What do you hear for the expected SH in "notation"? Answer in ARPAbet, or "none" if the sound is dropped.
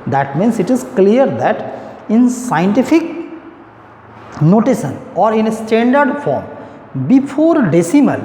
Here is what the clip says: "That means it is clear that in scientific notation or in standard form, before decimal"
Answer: S